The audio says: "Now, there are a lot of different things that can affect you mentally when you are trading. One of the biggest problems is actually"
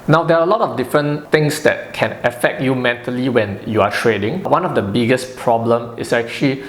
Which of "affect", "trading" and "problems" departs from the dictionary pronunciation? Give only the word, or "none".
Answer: problems